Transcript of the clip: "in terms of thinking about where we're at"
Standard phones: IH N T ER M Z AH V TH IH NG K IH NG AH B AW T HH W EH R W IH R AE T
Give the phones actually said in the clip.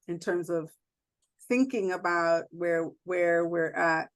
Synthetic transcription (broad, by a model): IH N T ER M Z AH V TH IH NG K IH NG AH B AW T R W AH R W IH R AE T